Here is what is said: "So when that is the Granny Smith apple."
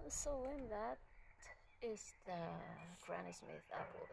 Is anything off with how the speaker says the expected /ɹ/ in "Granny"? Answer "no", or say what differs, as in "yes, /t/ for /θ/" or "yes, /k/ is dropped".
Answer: no